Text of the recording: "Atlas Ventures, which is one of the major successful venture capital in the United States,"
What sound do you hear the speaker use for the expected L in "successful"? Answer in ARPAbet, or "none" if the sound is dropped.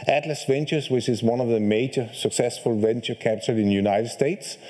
L